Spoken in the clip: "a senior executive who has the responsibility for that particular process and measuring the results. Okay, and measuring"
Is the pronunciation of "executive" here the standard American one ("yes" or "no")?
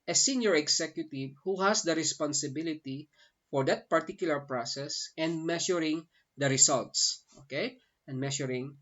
no